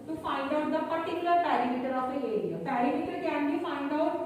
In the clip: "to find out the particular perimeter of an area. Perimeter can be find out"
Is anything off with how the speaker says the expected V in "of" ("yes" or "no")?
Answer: yes